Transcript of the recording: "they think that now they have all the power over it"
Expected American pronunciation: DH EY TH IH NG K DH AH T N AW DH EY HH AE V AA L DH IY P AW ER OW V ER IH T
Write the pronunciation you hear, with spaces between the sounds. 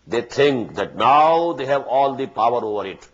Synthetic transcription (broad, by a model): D EY T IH NG K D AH T N AW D EY HH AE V AA L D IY P AW ER OW V ER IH T